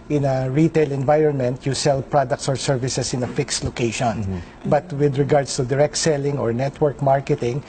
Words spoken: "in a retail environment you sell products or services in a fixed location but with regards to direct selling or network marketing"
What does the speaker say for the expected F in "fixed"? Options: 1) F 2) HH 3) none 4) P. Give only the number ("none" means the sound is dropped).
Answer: 1